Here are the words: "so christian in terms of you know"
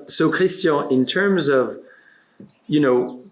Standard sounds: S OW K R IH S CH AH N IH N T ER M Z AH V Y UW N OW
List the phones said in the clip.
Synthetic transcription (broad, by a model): S OW K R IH S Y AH IH N T ER M Z AH V Y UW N OW